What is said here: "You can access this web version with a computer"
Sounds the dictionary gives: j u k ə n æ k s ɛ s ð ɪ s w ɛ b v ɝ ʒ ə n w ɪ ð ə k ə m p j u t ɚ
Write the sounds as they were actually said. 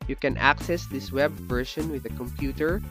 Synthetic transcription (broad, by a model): j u k ə n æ k s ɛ s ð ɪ s w ɛ b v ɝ ʃ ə n w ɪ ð ə k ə m p j u t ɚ